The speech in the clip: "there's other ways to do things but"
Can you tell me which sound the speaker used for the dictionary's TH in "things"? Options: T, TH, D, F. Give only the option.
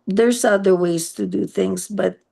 TH